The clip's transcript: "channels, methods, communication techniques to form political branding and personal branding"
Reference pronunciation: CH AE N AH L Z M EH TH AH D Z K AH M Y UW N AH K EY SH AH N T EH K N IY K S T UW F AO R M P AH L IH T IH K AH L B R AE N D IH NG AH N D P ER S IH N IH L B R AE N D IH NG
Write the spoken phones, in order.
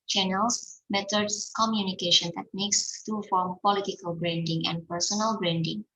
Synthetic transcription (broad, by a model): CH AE N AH L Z M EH T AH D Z K AH M Y UW N AH K EY SH AH N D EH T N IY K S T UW F AO R M P AH L IH T IH K AH L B R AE N D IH NG AH N D P ER S IH N IH L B R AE N D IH NG